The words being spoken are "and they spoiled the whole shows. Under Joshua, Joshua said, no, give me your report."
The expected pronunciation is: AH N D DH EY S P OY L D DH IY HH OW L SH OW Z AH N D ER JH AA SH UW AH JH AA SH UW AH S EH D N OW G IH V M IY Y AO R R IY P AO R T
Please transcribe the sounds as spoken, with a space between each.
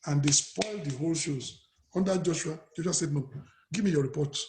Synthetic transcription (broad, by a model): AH N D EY S P OY L D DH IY HH OW L SH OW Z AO N D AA JH AA SH UW AH JH AA SH UW AH S EH D N OW G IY V M IY Y AO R R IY P AO T